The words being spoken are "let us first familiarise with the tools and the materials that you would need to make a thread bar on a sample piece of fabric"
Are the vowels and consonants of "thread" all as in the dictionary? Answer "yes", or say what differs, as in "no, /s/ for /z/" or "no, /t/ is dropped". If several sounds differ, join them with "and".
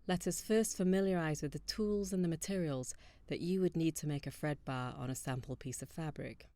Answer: no, /f/ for /θ/